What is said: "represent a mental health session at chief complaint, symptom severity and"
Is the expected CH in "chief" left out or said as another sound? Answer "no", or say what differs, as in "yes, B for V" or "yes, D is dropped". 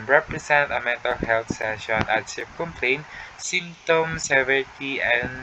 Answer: yes, S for CH